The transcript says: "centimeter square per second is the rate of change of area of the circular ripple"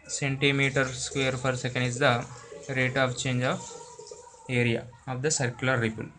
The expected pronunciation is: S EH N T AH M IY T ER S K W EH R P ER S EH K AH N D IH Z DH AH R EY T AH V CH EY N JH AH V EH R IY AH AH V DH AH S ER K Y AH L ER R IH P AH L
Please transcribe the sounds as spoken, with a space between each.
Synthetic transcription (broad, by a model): S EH N T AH M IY T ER S K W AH R F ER S EH K AH N D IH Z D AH R EY T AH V CH EY N JH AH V EH R IY AH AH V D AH S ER K Y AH L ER R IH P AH L